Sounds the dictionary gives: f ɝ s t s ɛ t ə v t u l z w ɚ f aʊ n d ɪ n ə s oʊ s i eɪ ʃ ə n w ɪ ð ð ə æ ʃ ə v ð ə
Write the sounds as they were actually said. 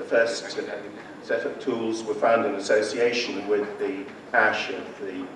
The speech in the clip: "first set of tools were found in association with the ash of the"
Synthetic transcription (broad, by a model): f ɝ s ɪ s ɛ t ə p t u l z w ɚ f aʊ n d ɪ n ə s oʊ s i eɪ ʃ ə n w ɪ ð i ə æ ʃ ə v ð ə